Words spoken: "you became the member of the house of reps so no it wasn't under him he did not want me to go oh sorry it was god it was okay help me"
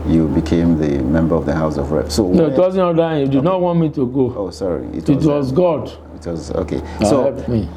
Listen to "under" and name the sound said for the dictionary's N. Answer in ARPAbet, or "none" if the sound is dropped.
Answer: none